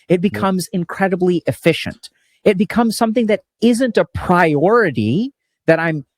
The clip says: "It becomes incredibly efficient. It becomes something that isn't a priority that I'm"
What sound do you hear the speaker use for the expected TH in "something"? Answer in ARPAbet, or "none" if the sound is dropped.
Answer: TH